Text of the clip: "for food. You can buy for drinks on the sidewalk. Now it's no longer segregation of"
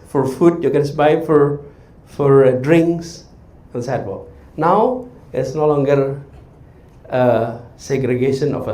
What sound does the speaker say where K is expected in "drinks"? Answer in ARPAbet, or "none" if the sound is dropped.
K